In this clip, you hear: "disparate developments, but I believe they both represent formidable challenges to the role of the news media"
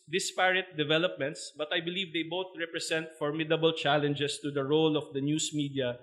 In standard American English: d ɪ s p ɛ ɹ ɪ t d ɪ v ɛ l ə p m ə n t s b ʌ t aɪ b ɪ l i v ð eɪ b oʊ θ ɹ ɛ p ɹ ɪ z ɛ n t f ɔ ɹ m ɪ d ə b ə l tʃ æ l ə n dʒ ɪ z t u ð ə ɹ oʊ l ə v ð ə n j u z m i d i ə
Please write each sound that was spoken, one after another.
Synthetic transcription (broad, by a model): d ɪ s p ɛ ɹ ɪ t d ɪ v ɛ l ə p m ə n t s b ʌ t aɪ b ɪ l i v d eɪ b oʊ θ ɹ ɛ p ɹ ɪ s ɛ n t f ɔ ɹ m ɪ d ə b ə l tʃ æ l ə n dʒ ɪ s t u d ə ɹ oʊ l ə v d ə n j u s m i d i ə